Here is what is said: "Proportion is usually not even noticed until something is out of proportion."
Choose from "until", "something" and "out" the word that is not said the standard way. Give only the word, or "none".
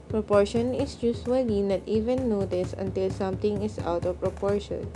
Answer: something